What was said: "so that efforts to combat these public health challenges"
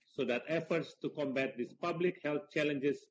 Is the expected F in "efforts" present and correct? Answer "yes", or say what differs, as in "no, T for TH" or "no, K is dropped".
yes